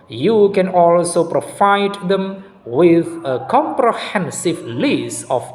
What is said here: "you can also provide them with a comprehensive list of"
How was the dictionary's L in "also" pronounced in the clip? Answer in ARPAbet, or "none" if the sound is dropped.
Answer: L